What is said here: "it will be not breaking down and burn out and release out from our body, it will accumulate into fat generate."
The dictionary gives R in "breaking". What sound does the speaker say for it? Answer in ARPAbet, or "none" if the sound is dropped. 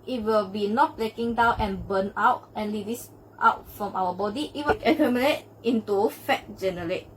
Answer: L